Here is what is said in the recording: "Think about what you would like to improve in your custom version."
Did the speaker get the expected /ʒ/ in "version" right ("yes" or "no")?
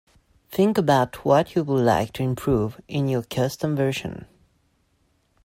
no